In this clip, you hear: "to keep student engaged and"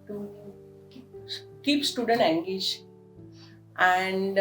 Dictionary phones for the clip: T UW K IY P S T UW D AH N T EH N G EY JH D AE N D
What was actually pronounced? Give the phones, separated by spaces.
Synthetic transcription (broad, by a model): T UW K IY P S T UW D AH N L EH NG G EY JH AE N D